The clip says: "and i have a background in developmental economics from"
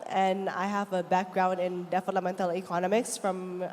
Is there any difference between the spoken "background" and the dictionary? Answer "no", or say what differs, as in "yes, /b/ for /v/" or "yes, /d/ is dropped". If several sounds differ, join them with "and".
no